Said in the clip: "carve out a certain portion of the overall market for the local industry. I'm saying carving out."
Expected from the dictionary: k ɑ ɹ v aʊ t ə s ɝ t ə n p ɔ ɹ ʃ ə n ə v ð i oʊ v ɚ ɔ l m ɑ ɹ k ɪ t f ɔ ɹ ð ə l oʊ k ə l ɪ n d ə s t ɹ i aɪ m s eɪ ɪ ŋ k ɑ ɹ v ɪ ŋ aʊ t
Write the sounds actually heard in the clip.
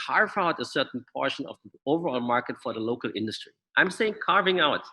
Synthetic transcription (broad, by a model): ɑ ɹ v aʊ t ə s ɝ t n p ɔ ɹ ʃ ə n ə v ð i oʊ v ɚ ɔ l m ɑ ɹ k ɪ t f ɔ ɹ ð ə l oʊ k ə l ɪ n d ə s t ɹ i aɪ m s eɪ ɪ ŋ k ɑ ɹ v ɪ ŋ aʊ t